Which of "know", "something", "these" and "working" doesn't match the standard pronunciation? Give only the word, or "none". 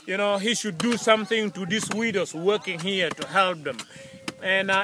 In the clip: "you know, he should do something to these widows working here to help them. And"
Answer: these